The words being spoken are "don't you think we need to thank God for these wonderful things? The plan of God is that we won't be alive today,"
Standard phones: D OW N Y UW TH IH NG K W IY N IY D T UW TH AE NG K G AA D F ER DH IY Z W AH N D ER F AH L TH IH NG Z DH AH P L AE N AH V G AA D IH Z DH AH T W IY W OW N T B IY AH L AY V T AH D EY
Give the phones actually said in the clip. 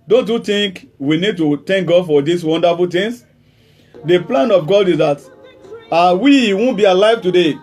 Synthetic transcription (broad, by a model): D OW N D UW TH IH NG K W IY N IY D T UW T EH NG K G AA D F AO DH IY S W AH N D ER F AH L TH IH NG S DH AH P L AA N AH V G AA D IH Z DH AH T W IY W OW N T B IY AH L AY V T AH D EY